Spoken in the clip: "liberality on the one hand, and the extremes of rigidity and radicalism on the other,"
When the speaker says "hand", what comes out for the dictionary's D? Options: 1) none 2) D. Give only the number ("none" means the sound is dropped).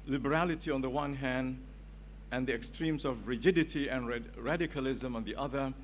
2